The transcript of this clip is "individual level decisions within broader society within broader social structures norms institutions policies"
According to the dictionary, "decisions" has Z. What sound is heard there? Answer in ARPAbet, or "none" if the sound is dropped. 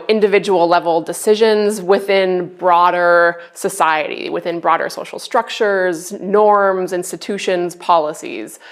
Z